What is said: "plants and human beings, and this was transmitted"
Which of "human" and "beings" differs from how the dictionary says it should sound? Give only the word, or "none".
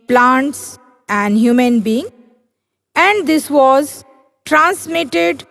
beings